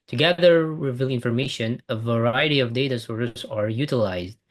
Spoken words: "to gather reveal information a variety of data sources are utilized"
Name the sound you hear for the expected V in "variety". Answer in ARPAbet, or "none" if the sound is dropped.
V